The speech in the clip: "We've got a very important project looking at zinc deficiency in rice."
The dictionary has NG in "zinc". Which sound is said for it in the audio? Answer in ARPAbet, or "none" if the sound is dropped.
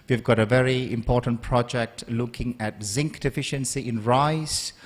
NG